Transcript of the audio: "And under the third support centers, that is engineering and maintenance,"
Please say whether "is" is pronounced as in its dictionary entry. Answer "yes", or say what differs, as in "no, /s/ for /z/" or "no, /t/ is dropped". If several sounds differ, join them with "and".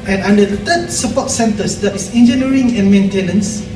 no, /s/ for /z/